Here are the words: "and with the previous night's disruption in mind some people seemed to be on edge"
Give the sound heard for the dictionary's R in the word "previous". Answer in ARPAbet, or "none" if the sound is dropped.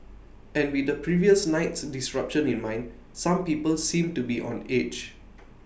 R